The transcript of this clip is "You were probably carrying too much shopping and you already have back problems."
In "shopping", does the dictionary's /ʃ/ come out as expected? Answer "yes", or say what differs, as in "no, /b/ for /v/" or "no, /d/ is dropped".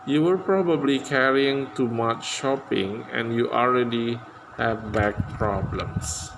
yes